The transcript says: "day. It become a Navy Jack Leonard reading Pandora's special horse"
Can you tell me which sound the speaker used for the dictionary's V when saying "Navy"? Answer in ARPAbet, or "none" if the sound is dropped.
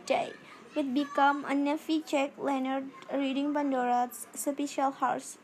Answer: F